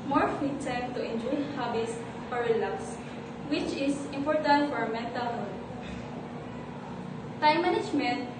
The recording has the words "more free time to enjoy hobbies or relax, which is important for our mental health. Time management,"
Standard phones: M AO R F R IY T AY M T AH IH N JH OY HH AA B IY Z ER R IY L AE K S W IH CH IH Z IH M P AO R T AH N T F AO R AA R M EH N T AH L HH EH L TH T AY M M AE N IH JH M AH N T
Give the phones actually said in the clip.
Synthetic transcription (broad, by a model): M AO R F IY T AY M T AH IH N JH OY HH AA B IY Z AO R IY L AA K S W IH CH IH S IH M P AO R T AH N T F AO R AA M EH N T AH L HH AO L T AY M M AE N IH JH M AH N T